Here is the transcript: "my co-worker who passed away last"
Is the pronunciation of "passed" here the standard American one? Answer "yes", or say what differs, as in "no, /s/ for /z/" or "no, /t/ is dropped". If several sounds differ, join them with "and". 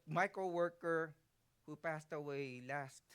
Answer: yes